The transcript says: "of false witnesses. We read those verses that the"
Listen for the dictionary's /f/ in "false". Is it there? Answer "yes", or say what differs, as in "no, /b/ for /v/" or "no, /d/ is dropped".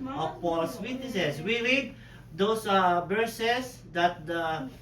no, /p/ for /f/